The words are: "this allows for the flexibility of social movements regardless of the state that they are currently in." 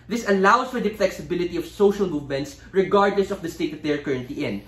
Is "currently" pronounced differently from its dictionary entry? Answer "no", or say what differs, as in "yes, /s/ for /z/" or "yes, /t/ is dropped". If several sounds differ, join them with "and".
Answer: yes, /l/ is dropped